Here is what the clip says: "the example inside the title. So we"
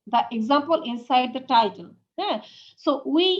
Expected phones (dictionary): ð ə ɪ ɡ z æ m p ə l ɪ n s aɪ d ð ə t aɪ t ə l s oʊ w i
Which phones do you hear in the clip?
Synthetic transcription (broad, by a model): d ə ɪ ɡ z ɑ m p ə l ɪ n s aɪ d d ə t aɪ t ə n s oʊ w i